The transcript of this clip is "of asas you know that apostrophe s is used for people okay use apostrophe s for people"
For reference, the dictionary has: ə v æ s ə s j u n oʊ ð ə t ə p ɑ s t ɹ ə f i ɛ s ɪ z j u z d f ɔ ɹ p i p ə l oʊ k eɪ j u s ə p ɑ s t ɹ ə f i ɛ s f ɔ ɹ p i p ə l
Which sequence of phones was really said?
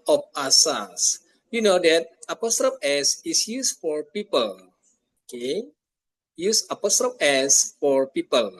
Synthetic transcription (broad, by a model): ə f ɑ s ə s j u n oʊ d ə t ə p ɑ s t ɹ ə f ɛ s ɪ s j u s f ɔ ɹ p i p ə l oʊ k eɪ j u s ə p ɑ s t ɹ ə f ɛ s f ɔ ɹ p i p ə l